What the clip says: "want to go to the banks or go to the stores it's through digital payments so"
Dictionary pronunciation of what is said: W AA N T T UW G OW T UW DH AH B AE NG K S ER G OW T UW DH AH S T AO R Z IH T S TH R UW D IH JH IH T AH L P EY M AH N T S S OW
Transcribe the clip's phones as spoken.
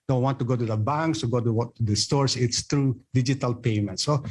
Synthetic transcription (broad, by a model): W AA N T T UW G OW T UW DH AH B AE NG K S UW G OW T UW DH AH S T AO R S IH T S T R UW D IH JH IH T AH L P EY M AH N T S S OW